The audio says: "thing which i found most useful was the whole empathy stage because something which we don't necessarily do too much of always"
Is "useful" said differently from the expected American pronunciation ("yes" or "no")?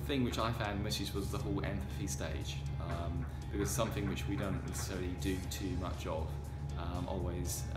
yes